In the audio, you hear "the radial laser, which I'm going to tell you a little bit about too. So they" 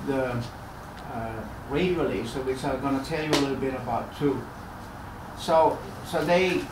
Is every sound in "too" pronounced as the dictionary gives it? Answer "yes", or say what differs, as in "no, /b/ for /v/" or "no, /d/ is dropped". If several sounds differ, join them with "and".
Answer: no, /s/ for /t/